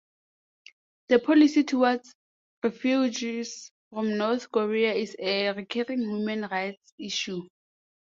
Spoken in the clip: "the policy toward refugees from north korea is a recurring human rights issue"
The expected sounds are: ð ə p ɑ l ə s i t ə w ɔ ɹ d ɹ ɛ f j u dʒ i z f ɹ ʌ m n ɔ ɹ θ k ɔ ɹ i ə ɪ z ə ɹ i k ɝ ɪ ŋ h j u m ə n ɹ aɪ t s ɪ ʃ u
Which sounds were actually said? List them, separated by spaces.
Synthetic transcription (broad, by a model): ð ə p ɑ l ə s i t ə w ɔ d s ɹ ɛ f j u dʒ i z f ɹ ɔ m n ɔ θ k ɔ ɹ i ə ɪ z ə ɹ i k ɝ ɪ ŋ h j u m ə n ɹ aɪ t s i ʃ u